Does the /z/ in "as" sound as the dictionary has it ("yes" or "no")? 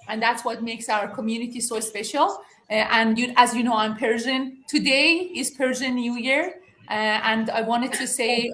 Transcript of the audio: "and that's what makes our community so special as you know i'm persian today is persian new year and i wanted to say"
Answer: yes